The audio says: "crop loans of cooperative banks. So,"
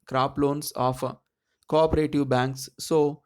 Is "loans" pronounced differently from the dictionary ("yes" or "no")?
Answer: yes